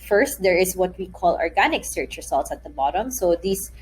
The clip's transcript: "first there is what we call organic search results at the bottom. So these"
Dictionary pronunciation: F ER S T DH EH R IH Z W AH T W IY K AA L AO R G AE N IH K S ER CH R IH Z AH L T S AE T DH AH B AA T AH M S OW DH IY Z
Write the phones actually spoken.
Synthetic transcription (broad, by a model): F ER S T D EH R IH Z W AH T W IY K AA L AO R G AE N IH K S ER CH R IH S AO L T S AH T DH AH B AA T AH M S OW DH IY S